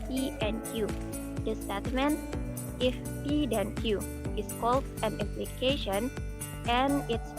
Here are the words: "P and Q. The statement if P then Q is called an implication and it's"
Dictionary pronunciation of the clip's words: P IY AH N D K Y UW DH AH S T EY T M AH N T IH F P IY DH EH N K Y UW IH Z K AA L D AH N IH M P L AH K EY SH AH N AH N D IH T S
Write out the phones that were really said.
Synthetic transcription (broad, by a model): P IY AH N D K Y UW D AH S T EY T M AH N T IH F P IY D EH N K Y UW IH S K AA L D AH N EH P L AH K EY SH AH N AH N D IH T S